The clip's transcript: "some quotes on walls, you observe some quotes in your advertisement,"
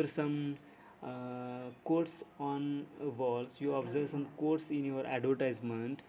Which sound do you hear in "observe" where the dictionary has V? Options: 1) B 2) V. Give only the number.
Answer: 2